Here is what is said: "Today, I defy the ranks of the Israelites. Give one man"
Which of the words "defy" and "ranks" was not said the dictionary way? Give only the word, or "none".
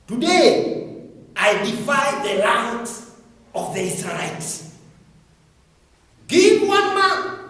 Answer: ranks